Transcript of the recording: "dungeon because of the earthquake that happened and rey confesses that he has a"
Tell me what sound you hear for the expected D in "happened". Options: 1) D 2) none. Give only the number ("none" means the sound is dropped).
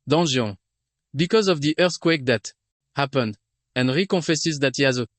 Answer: 1